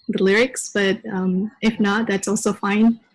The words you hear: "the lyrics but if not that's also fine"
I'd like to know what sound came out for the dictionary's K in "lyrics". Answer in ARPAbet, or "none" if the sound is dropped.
K